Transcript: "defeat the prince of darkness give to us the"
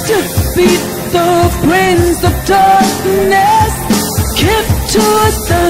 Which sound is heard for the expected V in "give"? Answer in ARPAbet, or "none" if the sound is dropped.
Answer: P